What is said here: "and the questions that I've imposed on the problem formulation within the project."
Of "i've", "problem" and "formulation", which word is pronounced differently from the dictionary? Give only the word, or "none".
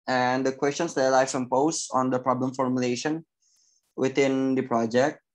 i've